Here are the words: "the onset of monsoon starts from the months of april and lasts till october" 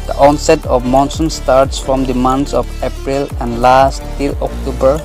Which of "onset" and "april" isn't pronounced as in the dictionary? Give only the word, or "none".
none